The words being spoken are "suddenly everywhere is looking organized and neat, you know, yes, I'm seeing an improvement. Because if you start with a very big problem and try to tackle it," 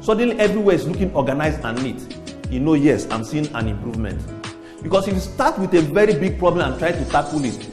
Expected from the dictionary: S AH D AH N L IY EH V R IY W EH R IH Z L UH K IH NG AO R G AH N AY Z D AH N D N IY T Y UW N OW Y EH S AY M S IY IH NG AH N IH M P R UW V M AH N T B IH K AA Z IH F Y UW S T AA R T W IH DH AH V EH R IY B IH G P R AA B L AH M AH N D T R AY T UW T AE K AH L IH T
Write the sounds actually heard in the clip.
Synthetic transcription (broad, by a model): S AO D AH N L IY EH V R IY W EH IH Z L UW K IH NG AO G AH N AY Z AH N N IY T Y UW N OW Y EH S AY M S IY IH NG AH N IH M P R UW V M AH N T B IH K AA S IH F S T AA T W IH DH AH V EH R IY B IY G P R AA B L AH M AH N T R AY T UW T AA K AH L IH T